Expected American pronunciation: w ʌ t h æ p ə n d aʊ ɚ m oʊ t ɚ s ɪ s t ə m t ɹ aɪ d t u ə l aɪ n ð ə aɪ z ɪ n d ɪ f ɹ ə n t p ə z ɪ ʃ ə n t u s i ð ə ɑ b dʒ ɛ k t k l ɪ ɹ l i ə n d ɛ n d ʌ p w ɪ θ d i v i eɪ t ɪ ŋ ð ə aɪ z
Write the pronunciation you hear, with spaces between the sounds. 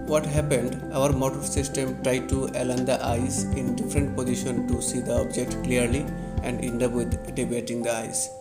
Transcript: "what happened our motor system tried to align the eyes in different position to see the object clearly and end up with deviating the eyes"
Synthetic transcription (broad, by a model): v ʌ t h æ p ə n d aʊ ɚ m oʊ t ɚ s ɪ s t ə m t ɹ aɪ d t u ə l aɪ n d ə aɪ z ɪ n d ɪ f ɹ ə n t p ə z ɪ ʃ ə n t u s i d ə ɑ b dʒ ɛ k t k l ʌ ɹ l i ə n d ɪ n d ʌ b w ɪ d d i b eɪ t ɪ ŋ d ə aɪ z